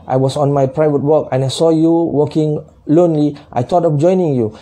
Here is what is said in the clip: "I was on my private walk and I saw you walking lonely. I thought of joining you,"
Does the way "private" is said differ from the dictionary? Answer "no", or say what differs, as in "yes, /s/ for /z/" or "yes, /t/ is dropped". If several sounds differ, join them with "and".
no